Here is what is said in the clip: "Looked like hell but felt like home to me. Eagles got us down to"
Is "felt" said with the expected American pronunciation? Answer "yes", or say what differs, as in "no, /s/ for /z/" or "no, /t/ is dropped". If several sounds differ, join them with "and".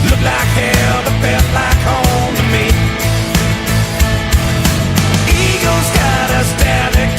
no, /l/ is dropped